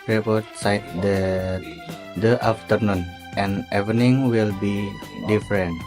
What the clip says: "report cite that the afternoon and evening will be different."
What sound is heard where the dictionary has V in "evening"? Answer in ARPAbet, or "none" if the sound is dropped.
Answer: none